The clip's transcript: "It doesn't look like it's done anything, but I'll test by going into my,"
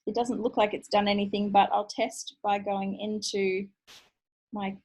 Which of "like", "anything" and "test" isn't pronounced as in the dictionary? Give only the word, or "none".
none